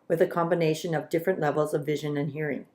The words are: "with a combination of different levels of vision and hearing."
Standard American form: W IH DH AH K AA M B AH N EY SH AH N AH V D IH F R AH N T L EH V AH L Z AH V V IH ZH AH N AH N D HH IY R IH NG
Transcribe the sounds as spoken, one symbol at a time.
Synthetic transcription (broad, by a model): W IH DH AH K AA M B AH N EY SH AH N AH V D IH F R AH N T L EH V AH L Z AH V V IH ZH AH N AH N HH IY R IH NG